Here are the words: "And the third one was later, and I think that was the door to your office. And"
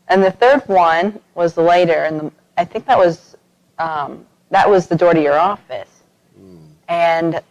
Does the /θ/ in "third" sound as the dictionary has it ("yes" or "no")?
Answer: yes